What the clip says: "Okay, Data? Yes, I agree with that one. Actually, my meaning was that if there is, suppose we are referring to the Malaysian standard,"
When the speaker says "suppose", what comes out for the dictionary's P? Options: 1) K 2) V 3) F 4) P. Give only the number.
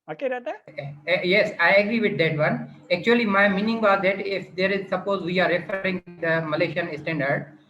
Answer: 4